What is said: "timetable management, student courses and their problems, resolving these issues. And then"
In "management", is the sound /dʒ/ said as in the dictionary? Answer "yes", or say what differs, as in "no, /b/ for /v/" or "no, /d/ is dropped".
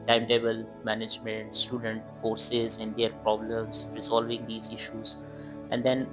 yes